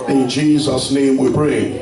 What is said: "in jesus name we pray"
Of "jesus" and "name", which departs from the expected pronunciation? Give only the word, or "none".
none